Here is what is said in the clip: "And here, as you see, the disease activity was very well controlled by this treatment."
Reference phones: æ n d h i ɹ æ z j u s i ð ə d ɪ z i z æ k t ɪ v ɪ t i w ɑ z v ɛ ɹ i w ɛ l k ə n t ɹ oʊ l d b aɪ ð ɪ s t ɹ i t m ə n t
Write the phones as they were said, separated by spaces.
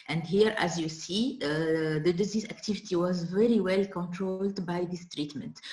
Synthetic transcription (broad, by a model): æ n d h i ɹ æ z j u s i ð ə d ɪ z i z æ k t ɪ v ɪ t i w ɑ z v ɛ ɹ i w ɛ l k ə n t ɹ oʊ l d b aɪ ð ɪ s t ɹ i t m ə n t